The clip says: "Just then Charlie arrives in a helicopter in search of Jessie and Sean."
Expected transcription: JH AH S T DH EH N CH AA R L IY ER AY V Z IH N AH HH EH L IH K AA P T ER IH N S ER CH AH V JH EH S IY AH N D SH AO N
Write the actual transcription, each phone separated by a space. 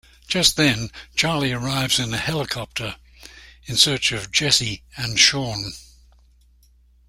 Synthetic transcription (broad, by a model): JH AH S T DH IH N CH AA R L IY ER AY V Z IH N AH HH EH L IH K AA P T ER IH N S ER CH AH V JH EH S IY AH N SH AO N